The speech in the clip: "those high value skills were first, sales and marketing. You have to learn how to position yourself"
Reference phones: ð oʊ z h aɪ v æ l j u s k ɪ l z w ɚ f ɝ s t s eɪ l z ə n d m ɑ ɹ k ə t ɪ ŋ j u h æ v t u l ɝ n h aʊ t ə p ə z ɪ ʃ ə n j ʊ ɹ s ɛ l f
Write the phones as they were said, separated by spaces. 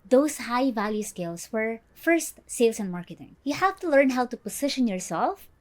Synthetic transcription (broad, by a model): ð oʊ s h aɪ v æ l j u s k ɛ l s w ɚ f ɝ s t s eɪ l s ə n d m ɑ ɹ k ə t ɪ ŋ j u h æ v t u l ɝ n h aʊ t ə p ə s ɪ ʃ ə n j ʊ ɹ s ɛ l f